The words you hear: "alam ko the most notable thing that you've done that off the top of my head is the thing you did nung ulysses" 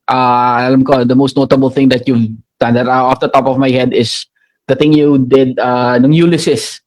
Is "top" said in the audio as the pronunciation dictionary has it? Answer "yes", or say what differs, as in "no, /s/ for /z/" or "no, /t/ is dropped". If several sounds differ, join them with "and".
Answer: yes